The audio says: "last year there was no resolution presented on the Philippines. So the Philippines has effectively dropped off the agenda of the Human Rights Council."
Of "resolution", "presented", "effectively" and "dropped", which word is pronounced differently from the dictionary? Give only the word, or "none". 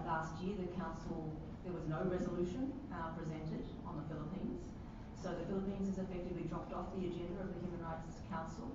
none